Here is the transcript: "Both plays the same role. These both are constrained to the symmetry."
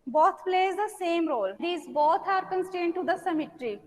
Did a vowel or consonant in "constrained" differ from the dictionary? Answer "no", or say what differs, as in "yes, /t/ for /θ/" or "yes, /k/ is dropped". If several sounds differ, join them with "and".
yes, /ɹ/ is dropped